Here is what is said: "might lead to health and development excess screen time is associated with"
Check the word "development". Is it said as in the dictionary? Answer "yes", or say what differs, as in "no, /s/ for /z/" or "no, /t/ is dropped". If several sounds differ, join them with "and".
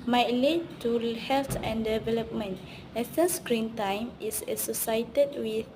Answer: yes